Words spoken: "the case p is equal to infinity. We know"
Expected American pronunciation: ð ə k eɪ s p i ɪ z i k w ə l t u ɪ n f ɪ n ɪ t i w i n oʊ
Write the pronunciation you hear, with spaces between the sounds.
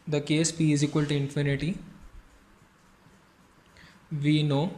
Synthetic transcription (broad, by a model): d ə k eɪ s f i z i k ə l t u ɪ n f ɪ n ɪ t i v i n oʊ